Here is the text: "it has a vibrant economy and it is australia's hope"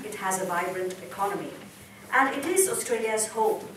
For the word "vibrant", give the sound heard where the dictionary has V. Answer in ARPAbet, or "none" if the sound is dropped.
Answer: V